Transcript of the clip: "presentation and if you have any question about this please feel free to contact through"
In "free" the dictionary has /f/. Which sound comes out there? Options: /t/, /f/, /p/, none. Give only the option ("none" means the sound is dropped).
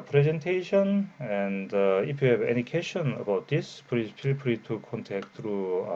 /p/